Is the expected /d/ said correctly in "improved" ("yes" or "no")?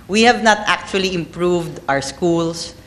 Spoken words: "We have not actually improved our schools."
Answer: yes